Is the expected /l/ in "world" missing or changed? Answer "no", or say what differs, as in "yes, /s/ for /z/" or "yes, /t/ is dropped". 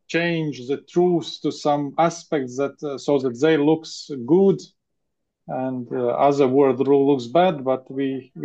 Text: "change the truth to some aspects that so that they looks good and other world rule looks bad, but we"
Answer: yes, /l/ is dropped